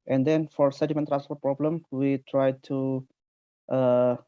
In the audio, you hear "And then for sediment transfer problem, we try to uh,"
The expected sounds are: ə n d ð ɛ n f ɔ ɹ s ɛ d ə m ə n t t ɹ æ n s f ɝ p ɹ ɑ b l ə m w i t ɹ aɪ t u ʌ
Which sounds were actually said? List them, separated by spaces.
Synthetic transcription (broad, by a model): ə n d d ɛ n f ɔ ɹ s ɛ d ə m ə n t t ɹ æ n s p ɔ p ɹ ɑ b l ə m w i t ɹ aɪ t u